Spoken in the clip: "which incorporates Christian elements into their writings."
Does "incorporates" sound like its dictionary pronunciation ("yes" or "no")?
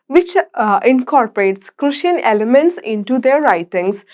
yes